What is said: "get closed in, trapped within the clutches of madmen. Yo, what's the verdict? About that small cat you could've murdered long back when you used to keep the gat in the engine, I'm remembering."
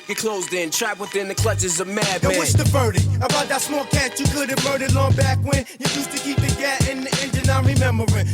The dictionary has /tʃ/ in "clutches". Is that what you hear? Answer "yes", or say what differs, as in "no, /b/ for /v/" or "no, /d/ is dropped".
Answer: yes